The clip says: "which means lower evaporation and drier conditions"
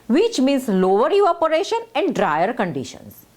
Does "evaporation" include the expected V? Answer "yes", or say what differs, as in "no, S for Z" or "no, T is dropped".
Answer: no, V is dropped